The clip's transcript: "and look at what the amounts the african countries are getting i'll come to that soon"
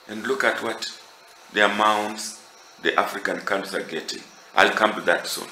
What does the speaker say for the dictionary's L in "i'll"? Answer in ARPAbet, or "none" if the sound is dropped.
L